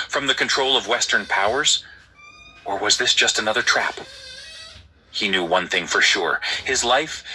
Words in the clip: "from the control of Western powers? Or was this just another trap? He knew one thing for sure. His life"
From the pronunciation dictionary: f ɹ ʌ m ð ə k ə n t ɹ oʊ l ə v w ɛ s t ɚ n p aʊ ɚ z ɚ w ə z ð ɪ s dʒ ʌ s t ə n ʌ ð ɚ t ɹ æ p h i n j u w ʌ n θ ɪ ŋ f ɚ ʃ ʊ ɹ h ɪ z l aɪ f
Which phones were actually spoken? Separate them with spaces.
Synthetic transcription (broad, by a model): f ɹ ʌ m ð ə k ə n t ɹ oʊ l ə v w ɛ s t ɚ n p aʊ ɚ z ɚ w ə z ð ɪ s dʒ ʌ s t ə n ʌ ð ɚ t ɹ æ p h i n j u w ʌ n θ ɪ ŋ f ɚ ʃ ʊ ɹ h ɪ z l aɪ f